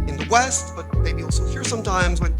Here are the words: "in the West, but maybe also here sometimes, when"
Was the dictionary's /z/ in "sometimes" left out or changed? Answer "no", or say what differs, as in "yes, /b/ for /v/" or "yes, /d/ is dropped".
no